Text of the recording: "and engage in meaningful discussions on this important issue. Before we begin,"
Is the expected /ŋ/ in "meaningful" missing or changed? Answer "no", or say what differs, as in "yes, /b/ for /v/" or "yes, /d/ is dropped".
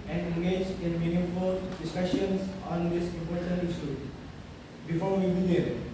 yes, /ŋ/ is dropped